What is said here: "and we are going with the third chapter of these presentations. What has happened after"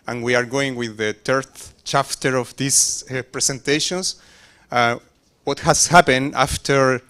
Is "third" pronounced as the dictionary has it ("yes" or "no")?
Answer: no